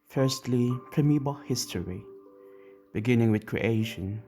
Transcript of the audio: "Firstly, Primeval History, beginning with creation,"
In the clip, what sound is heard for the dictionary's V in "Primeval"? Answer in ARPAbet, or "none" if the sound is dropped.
B